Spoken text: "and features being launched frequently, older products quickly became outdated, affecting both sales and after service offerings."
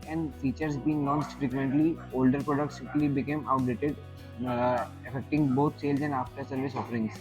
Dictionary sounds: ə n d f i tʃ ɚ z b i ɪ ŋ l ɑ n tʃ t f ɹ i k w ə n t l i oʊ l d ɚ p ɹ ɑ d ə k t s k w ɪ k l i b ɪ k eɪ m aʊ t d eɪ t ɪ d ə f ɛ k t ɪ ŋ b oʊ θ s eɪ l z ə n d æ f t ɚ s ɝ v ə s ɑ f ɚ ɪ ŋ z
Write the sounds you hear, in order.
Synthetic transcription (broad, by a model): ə n d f i tʃ ɚ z b i ɪ ŋ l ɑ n s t f ɹ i k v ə n t l i oʊ l d ɚ p ɹ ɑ d ə k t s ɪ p l i b ɪ k eɪ m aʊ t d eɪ t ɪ d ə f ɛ k t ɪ ŋ b oʊ t s eɪ l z ə n d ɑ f t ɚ s ɝ v ə s ɑ f ɚ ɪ ŋ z